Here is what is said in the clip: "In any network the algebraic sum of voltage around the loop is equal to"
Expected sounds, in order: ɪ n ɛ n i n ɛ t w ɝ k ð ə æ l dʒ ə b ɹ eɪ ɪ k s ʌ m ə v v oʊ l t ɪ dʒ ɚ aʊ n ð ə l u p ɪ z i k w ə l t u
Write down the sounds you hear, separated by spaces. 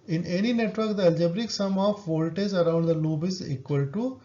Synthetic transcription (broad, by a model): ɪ n ɛ n i n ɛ t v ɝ k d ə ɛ l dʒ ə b ɹ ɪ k s ʌ m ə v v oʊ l t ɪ z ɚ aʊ n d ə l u b ɪ z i k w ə l t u